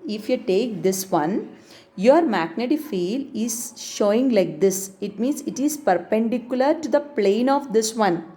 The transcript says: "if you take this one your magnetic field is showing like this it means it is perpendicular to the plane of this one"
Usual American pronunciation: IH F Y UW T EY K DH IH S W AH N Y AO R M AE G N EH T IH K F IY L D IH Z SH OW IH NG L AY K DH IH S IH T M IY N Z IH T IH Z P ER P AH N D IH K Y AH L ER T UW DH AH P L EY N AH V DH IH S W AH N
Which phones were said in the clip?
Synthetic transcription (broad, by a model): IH F Y UW T EY K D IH S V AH N Y AO R M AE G N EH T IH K F IY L IH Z SH OW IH NG L AY K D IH S IH T M IY N S IH T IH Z P ER P AH N D IH K Y AH L ER T UW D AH P L EY N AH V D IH S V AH N